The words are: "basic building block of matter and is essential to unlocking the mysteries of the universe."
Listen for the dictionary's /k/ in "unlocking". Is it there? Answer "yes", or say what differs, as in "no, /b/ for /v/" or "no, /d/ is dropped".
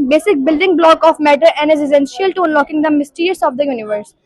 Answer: yes